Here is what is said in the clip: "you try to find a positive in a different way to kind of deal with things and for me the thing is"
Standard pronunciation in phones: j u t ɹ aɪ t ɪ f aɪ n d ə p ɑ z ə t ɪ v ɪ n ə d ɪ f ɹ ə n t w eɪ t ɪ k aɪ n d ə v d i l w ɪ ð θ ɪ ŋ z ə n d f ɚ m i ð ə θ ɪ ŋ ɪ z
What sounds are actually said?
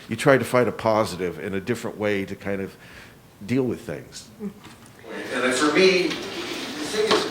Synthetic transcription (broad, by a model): j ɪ t ɹ aɪ t ɪ f aɪ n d ə p ɑ z ə t ɪ v ɪ n ə d ɪ f ɹ ə n t w eɪ t ɪ k aɪ n d ə v d i l w ɪ ð θ ɪ ŋ z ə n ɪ f ɚ m i ð ə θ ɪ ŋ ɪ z